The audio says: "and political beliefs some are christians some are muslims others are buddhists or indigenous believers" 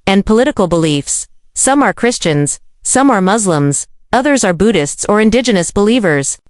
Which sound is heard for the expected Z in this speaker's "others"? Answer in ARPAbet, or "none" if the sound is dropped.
Z